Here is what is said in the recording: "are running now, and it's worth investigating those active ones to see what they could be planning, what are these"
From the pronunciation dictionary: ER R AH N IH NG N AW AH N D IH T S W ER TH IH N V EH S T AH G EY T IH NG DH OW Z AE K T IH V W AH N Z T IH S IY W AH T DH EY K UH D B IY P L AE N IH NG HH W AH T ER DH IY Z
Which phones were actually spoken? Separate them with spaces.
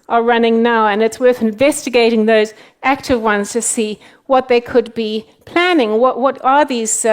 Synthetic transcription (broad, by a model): ER R AH N IH NG N AW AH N IH T S W ER TH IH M V EH S T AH G EY T IH NG DH OW Z AE K T IH V W AH N Z T IH S IY W AH T DH EY K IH D B IY P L AE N IH NG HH W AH T ER DH IY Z